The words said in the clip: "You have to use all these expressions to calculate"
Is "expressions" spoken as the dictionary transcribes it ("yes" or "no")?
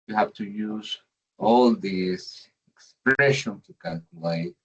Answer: no